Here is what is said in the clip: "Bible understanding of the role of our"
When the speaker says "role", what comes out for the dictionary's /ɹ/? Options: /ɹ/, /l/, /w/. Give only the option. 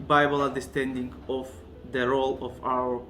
/ɹ/